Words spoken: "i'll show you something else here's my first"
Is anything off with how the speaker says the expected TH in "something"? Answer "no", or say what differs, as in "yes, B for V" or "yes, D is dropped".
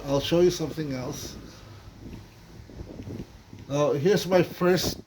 no